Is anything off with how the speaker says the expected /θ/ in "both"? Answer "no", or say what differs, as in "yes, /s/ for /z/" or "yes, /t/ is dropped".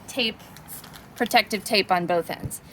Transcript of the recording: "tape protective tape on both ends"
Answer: no